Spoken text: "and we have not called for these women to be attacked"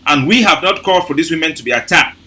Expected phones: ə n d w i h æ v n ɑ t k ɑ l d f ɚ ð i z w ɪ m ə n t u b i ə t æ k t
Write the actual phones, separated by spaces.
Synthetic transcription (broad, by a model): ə n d w i h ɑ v n ɑ t k ɑ l d f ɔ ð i s w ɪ m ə n t u b i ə t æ k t